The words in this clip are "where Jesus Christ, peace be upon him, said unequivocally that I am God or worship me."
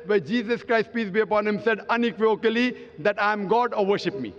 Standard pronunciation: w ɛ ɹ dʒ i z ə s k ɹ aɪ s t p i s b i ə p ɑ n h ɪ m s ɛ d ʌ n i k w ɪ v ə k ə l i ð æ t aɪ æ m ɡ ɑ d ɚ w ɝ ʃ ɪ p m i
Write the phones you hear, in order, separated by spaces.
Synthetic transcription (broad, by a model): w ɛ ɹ dʒ i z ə s k ɹ aɪ s t p i s b i ə p ɑ n h ɪ m s ɛ d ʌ n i k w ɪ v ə k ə l i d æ t aɪ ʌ m ɡ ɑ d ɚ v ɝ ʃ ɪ p m i